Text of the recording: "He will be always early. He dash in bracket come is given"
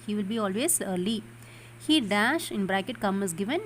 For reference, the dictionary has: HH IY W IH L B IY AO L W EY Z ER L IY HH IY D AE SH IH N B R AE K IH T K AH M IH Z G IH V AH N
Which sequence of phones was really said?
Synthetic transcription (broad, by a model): HH IY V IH L B IY AO L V EY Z ER L IY HH IY D AE SH IH N B R AE K IH T K AH M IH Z G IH V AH N